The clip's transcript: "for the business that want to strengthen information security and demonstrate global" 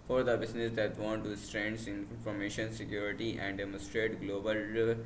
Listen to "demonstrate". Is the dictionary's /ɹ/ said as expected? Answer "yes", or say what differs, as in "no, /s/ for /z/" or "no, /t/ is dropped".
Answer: yes